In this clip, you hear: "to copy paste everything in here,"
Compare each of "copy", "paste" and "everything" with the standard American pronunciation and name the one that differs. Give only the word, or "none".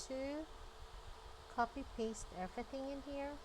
none